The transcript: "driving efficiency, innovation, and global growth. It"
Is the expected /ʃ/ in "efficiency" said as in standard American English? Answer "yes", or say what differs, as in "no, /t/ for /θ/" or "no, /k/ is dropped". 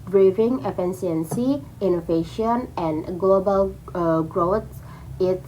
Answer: no, /s/ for /ʃ/